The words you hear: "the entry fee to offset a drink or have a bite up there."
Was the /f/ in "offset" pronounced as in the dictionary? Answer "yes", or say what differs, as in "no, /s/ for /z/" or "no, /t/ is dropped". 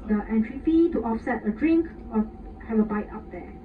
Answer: yes